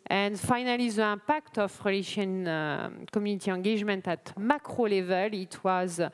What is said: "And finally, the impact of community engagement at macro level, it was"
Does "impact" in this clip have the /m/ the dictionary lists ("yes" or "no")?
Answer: no